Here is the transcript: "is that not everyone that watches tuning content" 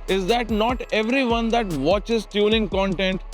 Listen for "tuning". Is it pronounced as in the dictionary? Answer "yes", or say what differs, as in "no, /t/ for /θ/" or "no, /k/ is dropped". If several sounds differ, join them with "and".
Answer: no, /l/ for /n/